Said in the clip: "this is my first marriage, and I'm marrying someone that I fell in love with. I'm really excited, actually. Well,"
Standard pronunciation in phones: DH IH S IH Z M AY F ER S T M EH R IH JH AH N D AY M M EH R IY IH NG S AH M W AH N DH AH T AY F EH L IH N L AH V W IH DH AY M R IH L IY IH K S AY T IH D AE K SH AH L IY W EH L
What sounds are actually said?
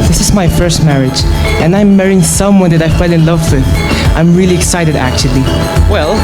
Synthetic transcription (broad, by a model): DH IH S IH Z M AY F ER S T M EH R IH JH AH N AY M M EH R IY IH NG S AH M W AH N DH AH T AY F EH L IH N L AH V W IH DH AY M R IH L IY IH K S AY T IH D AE K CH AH L IY W EH L